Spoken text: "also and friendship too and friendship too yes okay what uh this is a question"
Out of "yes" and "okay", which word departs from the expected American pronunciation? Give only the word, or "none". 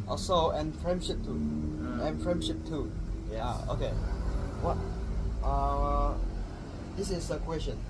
yes